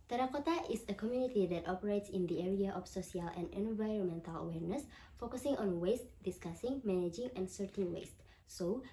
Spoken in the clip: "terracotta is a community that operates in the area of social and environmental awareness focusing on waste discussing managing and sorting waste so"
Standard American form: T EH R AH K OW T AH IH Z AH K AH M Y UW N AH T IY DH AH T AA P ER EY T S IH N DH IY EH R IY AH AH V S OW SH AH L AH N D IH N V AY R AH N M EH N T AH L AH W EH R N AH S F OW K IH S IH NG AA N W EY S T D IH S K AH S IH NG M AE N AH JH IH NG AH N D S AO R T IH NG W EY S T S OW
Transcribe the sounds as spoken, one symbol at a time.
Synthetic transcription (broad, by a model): T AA R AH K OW T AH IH S AH K AH M Y UW N AH T IY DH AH T AA P ER EY T S IH N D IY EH R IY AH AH F S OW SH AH L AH N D IH N V AY R AH N M EH N T AH L AH W EH R N AH S F OW K IH S IH NG AA N W EY S T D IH S K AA S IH NG M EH N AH JH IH NG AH N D S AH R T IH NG W EY S T S OW